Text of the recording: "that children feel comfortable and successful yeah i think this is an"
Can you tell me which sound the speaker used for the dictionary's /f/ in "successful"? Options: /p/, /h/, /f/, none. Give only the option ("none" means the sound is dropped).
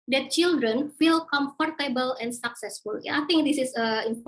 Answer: /f/